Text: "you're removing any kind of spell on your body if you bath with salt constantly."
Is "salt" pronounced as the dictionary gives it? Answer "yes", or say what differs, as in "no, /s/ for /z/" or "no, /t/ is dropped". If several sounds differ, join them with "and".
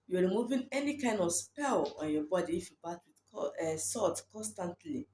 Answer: no, /l/ is dropped